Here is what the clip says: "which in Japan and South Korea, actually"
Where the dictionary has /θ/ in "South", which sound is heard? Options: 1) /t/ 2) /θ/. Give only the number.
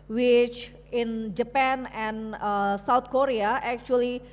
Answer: 1